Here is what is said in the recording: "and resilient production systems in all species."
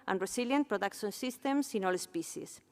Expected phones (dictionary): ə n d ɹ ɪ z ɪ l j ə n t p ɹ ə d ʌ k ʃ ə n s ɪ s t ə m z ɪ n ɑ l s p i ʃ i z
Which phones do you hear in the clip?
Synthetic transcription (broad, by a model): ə n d ɹ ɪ s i l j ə n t p ɹ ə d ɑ k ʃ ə n s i s t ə m s ɪ n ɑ l s p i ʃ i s